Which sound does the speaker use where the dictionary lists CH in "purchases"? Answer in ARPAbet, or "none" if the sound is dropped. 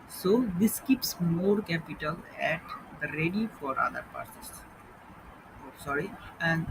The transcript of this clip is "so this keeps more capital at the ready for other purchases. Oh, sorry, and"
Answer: S